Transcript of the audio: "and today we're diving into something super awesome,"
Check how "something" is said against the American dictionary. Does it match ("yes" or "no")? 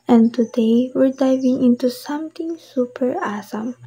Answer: no